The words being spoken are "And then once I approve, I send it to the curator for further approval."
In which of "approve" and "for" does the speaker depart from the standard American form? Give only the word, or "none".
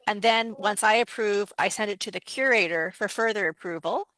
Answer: none